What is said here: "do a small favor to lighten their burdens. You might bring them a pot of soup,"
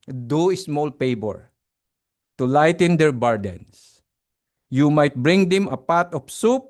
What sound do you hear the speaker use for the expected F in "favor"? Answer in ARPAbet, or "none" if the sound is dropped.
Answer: P